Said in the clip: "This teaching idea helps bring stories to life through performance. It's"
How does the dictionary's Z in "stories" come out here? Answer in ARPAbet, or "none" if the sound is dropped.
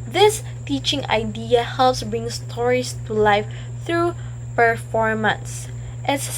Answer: S